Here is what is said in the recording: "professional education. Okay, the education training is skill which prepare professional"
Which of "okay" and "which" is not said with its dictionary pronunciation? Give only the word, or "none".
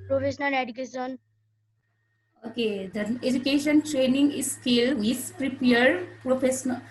which